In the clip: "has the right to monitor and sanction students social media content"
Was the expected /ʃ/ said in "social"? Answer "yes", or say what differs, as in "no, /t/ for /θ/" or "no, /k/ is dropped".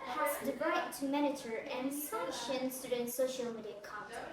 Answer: yes